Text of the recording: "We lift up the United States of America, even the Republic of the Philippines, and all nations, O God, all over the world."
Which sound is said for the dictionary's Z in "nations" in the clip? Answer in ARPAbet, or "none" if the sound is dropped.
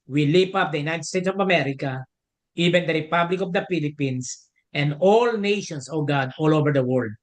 S